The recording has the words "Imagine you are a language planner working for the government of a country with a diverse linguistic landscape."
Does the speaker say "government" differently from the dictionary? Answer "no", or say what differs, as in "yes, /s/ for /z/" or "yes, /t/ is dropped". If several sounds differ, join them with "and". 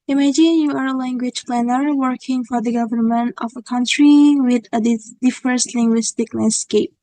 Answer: no